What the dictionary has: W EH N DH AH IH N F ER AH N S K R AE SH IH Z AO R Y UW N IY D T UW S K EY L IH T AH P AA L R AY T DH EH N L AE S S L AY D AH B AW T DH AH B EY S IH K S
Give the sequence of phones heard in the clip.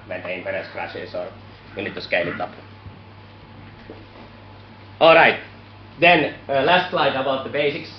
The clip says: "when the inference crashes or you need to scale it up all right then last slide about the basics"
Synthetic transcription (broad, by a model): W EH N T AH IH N P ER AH S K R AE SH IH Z AO R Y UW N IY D T UW S K EY L IH T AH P AA L R AY T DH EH N L AE S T L AY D AH B AW T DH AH B EY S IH K S